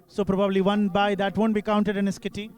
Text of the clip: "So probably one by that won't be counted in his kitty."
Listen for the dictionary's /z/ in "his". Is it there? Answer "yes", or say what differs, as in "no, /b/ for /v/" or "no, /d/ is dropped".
no, /s/ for /z/